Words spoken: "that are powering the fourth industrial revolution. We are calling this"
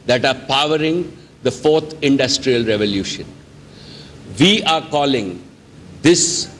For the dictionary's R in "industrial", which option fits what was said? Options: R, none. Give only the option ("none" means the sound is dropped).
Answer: R